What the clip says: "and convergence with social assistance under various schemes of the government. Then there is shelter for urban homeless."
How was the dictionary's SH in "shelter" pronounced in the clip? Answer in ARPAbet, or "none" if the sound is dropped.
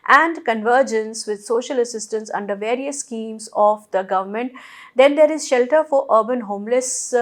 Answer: SH